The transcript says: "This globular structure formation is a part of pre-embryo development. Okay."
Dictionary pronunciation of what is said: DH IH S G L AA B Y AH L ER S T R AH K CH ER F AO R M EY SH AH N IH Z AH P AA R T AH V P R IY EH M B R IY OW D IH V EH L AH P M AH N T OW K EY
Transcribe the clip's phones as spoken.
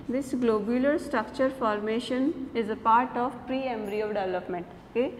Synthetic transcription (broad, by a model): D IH S G L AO B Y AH L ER S T R AH K CH ER F AO R M EY SH AH N IH Z AH P AA R T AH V P R IY EH M B R IY OW D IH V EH L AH P M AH N T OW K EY